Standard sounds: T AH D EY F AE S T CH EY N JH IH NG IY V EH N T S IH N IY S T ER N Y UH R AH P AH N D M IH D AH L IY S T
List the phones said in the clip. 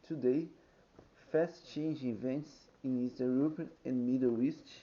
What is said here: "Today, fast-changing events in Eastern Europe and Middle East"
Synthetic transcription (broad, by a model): T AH D EY F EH S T CH EY N JH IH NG IY V EH N T S IH N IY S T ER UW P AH AH N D M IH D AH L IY S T